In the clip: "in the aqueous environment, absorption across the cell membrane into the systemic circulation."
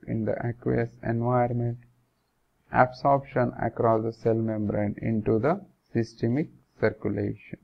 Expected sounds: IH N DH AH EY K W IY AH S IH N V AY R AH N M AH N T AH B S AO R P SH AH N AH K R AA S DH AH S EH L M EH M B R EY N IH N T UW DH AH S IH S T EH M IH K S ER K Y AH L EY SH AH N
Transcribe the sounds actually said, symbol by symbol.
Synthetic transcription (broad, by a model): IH N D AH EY K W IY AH S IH N V AY AH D M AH N T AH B S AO R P SH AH N AH K R AA S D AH S EH L M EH M B R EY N IH N T UW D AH S IH S T EH M IH K S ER K Y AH L EY SH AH N